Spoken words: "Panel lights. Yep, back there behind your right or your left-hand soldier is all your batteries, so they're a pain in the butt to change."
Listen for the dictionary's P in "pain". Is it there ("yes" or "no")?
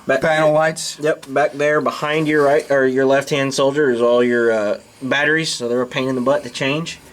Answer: yes